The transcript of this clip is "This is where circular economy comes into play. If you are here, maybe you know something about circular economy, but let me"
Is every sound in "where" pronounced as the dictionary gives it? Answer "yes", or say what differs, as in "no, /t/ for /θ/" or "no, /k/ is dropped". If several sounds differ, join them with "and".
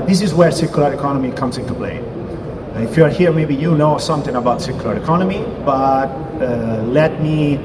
yes